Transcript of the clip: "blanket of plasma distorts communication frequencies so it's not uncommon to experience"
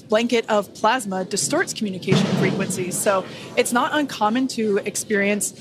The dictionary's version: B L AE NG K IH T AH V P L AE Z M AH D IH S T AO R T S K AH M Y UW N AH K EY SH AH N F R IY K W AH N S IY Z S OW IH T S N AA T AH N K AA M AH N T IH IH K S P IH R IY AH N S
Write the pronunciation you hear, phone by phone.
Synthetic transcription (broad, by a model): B L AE NG K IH T AH V P L AE Z M AH D IH S T AO R T S K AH M Y UW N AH K EY SH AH N F R IY K W AH N S IY Z S OW IH T S N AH T AH N K AA M AH N T IH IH K S P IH R IY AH N S